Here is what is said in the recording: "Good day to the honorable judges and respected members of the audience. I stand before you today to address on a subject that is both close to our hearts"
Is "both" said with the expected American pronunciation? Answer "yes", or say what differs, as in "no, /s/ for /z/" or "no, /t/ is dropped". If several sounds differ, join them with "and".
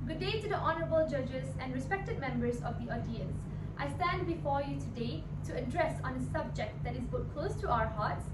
no, /t/ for /θ/